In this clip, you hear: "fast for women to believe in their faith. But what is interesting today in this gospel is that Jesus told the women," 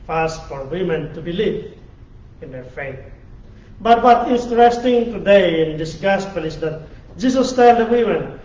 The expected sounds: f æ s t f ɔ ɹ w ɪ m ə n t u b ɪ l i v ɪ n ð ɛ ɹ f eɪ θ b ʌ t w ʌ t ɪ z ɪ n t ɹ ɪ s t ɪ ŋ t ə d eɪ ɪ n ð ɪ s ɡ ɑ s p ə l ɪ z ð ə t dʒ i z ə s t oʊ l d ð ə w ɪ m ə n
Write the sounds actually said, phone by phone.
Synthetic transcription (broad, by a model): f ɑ s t f ɔ ɹ w ɪ m ə n t u b ɪ l i v ɪ n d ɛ ɹ f eɪ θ b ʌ t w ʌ t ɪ ɪ n t ɹ ɪ s t ɪ ŋ t ə d eɪ ɪ n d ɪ s ɡ ɑ s p ə l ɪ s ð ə t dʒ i s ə s t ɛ l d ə w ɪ m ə n